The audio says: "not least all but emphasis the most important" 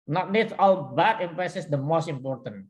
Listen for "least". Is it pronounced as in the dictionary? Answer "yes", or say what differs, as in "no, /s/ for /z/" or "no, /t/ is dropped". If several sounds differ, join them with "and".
no, /n/ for /l/ and /s/ is dropped